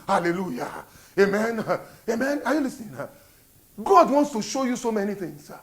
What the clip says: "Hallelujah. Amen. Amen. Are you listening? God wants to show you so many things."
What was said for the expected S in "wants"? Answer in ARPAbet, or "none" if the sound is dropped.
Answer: S